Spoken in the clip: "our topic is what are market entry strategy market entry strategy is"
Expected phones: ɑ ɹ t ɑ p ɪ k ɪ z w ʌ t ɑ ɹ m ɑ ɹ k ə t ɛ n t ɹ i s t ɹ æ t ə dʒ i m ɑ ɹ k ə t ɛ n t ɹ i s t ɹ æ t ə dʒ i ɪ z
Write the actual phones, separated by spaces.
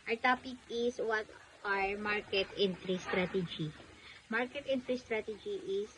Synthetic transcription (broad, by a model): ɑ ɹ t ɑ p ɪ k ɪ s w ʌ t ɑ ɹ m ɑ ɹ k ə t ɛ n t ɹ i s t ɹ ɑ t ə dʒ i m ɑ ɹ k ə t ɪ n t ɹ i s t ɹ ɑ t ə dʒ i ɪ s